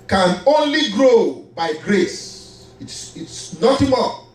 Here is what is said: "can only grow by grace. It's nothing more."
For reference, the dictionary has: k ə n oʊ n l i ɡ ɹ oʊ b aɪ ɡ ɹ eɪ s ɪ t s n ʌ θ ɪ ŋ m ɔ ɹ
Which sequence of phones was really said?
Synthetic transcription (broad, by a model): k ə n oʊ n l i ɡ ɹ oʊ b aɪ ɡ ɹ eɪ s ɪ t s n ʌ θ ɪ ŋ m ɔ